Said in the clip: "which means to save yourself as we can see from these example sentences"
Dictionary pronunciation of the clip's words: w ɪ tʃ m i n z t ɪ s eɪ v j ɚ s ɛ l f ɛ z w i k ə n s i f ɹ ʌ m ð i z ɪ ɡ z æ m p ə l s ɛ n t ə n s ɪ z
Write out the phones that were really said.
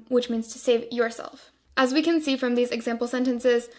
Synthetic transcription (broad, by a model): w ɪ tʃ m i n z t ɪ s eɪ v j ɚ s ɛ l f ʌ z w i k ə n s i f ɹ ʌ m ð i z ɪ ɡ z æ m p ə l s ɛ n t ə n s ɪ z